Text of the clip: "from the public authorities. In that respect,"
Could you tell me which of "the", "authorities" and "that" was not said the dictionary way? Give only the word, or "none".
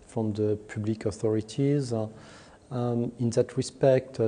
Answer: none